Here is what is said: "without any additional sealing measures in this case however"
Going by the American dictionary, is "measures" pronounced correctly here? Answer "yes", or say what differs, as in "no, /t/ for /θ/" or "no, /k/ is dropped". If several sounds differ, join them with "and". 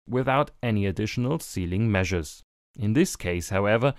yes